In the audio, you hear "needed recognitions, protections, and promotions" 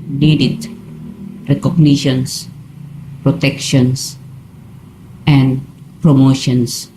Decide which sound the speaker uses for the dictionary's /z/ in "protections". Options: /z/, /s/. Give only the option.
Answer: /s/